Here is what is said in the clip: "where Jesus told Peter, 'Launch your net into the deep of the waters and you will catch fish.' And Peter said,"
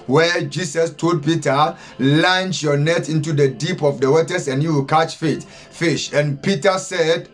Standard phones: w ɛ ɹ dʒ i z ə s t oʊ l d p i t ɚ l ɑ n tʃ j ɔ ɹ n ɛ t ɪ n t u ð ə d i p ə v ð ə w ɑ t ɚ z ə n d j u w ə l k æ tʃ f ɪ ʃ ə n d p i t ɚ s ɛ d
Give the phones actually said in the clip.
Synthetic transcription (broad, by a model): w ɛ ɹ dʒ i s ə s t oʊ d p i t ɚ l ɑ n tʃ j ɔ n ɛ t ɪ n t u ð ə d i p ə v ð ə w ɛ t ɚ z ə n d j u w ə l k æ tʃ f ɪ ʃ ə n p i t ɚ s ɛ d